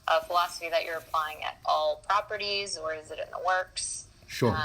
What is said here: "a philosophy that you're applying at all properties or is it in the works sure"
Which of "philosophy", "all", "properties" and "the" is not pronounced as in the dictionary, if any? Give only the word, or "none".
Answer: none